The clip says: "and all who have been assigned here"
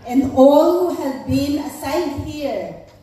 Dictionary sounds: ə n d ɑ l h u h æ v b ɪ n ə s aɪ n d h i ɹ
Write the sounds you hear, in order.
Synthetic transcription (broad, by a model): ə n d ɑ l h u h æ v b ɪ n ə s aɪ d h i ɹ